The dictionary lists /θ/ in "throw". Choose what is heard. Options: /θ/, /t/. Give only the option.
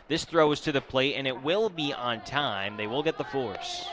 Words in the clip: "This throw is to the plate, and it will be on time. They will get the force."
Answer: /θ/